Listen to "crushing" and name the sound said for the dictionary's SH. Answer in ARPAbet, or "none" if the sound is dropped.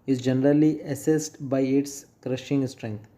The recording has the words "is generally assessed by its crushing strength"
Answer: SH